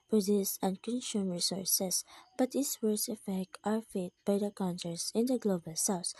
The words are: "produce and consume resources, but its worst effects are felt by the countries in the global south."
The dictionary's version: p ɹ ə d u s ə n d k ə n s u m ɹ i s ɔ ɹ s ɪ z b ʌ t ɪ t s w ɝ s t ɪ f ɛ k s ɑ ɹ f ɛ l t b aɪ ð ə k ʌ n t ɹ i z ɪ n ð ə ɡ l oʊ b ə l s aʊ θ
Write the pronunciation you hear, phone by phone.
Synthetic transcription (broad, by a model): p ɹ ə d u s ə n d k ə n s u m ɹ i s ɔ ɹ s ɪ s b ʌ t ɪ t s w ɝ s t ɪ f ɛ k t ɑ ɹ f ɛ t b aɪ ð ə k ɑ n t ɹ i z ɪ n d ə ɡ l oʊ b ə l s aʊ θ